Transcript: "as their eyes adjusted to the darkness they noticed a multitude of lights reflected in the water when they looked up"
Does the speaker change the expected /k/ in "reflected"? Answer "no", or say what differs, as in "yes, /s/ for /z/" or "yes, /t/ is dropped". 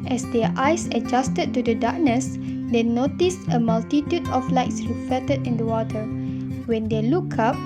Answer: yes, /k/ is dropped